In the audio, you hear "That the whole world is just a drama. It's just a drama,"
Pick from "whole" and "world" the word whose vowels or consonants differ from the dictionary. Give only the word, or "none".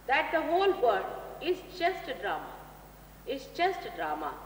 world